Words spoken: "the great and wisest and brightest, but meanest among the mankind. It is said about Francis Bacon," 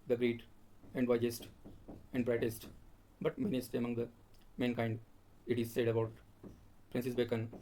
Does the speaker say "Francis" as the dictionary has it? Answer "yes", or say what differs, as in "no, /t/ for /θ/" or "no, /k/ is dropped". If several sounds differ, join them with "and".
no, /p/ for /f/